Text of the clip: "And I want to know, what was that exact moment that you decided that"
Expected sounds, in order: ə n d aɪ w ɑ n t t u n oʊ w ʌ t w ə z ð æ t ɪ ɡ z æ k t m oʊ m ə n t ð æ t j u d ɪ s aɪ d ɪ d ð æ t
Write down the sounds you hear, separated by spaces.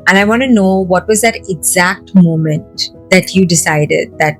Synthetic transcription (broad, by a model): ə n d aɪ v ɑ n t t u n oʊ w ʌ t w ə z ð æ t ɪ ɡ z æ k t m oʊ m ə n t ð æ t j u d ɪ s aɪ d ɪ d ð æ t